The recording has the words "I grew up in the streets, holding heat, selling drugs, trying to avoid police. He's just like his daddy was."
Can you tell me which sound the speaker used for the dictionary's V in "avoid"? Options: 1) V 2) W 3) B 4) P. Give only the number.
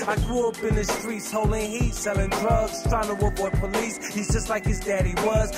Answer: 2